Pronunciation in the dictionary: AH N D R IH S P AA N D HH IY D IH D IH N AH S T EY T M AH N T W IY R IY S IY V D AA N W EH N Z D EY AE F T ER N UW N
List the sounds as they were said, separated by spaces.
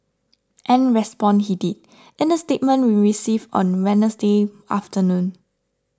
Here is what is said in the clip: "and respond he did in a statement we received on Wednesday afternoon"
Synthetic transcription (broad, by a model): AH N R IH S P AA N HH IY D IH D IH N AH S T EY T M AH N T W IY R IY S IY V AA N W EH N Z D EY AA F T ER N UW N